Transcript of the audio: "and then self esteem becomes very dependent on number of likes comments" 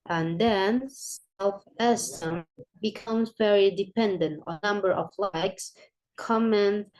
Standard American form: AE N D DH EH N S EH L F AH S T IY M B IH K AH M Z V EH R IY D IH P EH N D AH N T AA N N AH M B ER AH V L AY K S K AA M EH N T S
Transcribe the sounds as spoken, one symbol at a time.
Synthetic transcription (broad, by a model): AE N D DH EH N S EH L F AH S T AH M B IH K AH M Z V EH R IY D IH P EH N D AH N T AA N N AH M B ER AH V L AY K S K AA M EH N